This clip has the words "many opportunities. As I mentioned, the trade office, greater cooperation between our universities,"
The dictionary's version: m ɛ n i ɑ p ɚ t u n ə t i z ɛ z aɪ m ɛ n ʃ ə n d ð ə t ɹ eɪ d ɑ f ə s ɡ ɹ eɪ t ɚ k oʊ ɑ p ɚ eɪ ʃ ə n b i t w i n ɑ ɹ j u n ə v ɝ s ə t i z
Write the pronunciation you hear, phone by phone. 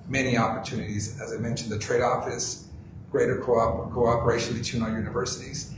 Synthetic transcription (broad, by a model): m ɛ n i ɑ p ɚ t u n ə t i z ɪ z aɪ m ɛ n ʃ n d ð ə t ɹ eɪ d ɑ f ə s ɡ ɹ eɪ t ɚ k oʊ ɑ p ɚ eɪ ʃ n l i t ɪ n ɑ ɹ j u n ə v ɝ s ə t i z